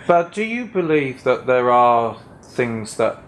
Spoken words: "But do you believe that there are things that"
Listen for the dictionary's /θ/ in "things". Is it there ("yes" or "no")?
yes